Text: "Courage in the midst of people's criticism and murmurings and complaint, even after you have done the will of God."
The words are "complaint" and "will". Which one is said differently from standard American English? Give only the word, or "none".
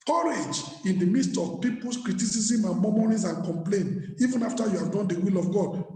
complaint